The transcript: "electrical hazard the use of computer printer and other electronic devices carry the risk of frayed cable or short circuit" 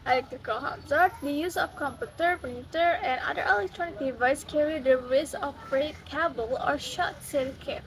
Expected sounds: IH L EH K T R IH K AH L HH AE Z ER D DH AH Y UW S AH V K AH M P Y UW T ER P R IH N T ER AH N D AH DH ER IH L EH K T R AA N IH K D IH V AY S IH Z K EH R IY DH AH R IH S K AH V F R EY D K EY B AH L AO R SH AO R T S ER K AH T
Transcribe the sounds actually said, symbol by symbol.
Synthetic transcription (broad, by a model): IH L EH K T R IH K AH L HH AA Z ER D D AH Y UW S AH F K AH M P Y UW T ER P IH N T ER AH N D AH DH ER IH L EH K T R AA N IH K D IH V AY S K EH R IY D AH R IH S AH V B R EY K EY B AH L AO R SH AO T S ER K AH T